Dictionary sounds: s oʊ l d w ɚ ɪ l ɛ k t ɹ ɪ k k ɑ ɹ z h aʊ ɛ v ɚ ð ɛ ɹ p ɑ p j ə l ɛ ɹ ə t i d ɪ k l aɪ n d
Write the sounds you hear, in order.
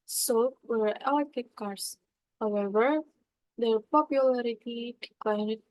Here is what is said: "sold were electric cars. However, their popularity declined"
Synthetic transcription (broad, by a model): s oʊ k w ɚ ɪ ɛ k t ɪ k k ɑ ɹ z h aʊ ɛ v ɚ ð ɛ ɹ p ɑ p j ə l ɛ ɹ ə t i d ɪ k l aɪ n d